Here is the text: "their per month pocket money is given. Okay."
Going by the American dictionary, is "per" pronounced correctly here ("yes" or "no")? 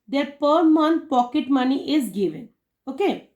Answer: yes